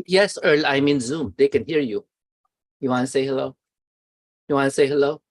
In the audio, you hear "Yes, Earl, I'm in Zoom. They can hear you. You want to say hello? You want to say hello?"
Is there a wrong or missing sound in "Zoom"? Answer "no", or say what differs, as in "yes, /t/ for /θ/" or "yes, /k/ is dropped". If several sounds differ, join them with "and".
no